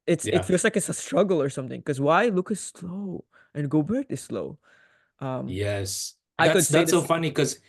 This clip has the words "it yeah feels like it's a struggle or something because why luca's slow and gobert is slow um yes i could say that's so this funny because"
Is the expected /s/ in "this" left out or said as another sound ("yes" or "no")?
yes